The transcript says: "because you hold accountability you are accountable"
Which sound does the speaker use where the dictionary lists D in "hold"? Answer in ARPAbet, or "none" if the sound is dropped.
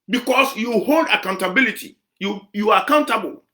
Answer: D